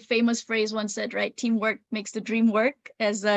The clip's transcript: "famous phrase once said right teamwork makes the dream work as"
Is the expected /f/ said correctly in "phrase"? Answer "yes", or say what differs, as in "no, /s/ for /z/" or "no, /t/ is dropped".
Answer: yes